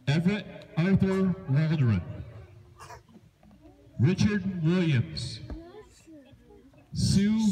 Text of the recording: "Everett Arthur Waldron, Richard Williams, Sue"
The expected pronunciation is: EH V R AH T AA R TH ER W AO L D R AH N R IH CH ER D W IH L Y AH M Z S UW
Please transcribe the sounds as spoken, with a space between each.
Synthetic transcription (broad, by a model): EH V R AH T AA R TH ER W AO N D R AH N R IH CH ER D W IH L Y AH M Z S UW